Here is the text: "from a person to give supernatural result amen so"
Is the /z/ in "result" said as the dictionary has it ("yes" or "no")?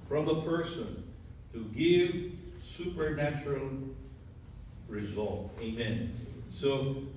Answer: yes